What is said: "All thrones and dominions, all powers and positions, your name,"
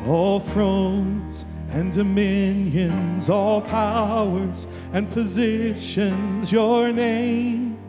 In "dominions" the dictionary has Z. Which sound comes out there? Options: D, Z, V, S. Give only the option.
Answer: Z